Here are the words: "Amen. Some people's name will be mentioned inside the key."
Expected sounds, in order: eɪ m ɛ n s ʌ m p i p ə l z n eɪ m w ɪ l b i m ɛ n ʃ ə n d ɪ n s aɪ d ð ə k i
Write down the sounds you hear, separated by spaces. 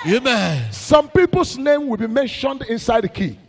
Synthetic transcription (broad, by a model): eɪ m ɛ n s ʌ m p i p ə l s n eɪ m w ɪ l b i m ɛ n ʃ ə n d ɪ n s aɪ d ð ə k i